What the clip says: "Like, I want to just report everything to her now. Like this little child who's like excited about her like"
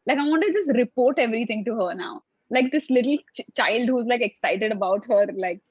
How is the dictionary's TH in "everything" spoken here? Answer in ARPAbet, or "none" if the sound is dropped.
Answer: T